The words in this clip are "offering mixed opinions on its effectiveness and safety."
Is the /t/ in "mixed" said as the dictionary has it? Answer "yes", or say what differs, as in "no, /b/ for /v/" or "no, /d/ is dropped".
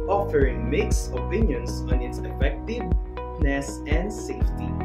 no, /t/ is dropped